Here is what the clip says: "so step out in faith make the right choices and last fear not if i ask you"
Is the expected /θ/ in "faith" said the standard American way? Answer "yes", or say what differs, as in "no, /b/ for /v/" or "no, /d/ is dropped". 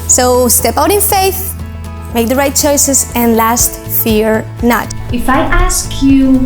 yes